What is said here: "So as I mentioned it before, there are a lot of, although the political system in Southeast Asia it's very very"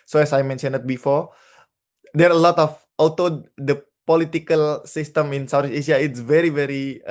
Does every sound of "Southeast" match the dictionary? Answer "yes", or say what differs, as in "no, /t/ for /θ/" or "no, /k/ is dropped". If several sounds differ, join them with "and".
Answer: no, /t/ is dropped